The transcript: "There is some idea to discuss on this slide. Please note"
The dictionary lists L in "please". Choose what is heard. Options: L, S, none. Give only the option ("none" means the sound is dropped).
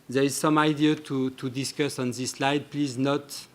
L